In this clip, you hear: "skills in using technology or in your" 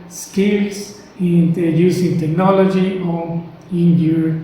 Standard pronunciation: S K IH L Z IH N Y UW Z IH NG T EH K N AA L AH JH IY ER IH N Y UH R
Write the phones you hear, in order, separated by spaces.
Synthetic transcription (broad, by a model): S K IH L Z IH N Y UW S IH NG T EH K N AA L AH JH IY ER IH N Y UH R